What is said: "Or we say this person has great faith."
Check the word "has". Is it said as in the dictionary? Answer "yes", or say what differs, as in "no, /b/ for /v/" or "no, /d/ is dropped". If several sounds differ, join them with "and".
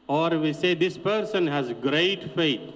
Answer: yes